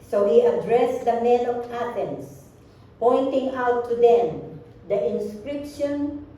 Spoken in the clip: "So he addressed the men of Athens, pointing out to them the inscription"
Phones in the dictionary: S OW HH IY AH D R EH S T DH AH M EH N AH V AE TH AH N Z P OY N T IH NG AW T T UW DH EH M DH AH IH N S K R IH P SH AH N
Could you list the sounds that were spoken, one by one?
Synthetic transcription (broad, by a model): S OW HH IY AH D R EH S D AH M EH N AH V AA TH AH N S P OY N T IH NG AW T T UW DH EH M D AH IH N S K R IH P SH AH N